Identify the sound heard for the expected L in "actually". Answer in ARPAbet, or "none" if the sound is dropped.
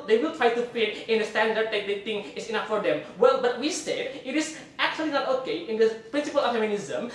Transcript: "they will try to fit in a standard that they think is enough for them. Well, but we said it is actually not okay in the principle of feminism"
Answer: L